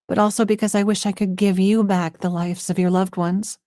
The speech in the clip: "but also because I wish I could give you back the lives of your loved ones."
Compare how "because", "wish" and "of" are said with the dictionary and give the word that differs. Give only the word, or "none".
none